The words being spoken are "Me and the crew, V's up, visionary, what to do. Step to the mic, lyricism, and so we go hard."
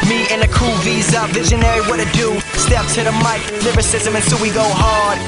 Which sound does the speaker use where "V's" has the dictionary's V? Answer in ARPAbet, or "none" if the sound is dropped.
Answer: V